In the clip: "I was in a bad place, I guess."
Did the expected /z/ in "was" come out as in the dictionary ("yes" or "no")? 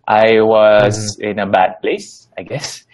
yes